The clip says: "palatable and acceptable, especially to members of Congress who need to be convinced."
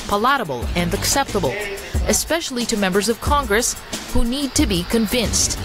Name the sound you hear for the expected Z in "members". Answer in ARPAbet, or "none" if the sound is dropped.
Z